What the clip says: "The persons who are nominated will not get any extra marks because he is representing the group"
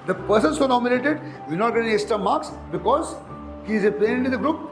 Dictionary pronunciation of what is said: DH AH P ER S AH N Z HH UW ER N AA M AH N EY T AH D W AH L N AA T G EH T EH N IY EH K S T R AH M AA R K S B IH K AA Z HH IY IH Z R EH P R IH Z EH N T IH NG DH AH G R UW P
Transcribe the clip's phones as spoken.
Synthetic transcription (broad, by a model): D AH P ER S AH N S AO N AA M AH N EY T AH D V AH N AA T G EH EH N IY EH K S T AH M AA R K S B IH K AA Z HH IY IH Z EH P IH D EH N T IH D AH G R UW P